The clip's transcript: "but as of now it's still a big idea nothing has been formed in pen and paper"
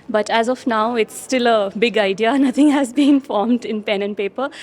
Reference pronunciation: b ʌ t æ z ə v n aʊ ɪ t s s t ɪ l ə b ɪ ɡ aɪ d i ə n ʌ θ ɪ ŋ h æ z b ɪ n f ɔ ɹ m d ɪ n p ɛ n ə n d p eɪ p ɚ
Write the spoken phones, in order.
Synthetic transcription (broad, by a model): b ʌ t æ z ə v n aʊ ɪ t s s t ɪ l ə b ɪ ɡ aɪ d i ə n ʌ t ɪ ŋ h æ z b ɪ n f ɔ ɹ m d ɪ n p ɛ n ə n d p eɪ p ɚ